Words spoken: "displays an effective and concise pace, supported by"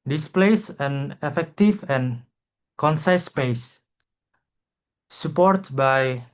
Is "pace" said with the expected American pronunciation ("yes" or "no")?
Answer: yes